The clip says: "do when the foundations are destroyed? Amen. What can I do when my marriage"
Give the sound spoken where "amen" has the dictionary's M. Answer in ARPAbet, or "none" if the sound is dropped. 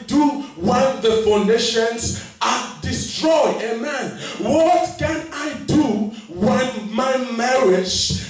M